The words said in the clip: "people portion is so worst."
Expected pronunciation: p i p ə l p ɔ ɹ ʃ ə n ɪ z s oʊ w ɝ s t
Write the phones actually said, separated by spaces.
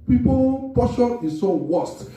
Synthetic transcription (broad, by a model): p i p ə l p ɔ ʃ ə ɪ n s oʊ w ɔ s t